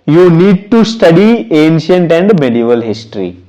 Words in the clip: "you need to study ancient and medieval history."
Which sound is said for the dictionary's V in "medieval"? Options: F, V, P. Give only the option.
V